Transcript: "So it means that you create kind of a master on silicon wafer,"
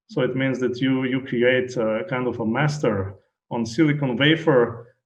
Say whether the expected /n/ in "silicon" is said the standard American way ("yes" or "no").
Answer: yes